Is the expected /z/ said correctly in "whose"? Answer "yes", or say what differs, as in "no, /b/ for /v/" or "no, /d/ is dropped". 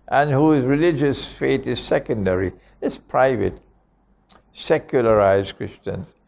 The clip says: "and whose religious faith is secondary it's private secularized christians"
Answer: yes